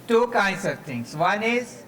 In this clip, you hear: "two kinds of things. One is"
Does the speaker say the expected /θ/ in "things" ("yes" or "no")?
no